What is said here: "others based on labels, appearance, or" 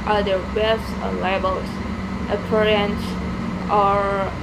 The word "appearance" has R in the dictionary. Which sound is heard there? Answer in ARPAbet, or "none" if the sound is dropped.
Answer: R